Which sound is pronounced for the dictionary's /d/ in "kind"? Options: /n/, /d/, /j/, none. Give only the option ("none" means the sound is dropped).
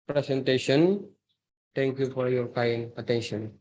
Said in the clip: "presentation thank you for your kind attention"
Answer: none